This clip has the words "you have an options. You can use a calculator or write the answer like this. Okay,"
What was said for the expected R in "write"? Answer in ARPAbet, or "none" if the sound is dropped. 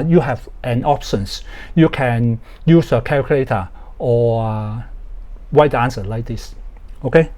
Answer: W